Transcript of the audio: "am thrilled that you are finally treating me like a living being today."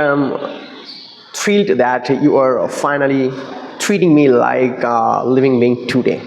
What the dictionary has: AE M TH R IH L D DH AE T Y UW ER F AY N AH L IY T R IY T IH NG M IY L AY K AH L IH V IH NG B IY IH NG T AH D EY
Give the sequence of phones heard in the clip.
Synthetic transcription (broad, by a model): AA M T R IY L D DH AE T Y UW ER F AY N AH L IY T R IY T IH NG M IY L AY K L IH V IH NG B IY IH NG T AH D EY